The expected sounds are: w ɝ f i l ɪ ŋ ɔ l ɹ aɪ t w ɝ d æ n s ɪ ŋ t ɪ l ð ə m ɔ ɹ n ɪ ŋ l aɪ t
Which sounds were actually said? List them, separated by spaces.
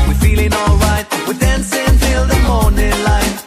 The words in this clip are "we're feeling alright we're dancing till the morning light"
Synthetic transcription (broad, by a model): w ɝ f i l ɪ ŋ ɔ l ɹ aɪ t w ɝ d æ n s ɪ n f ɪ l ð ə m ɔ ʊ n ɪ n l aɪ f